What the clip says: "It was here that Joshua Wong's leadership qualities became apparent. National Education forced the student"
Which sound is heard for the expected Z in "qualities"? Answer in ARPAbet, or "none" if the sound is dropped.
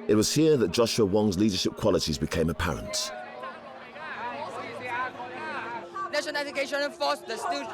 Z